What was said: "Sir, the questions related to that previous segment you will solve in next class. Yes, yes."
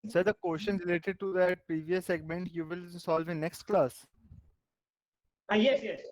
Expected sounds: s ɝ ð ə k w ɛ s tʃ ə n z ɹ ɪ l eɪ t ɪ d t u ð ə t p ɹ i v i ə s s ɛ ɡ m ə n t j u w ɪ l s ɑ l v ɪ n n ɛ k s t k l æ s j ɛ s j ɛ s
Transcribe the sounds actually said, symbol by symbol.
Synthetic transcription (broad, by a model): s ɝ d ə k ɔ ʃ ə n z ɹ ɪ l eɪ t ɪ d t u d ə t p ɹ i v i ə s s ɛ ɡ m ə n t j u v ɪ l s ɑ l v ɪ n n ɛ k s t k l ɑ s j ɛ s j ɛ s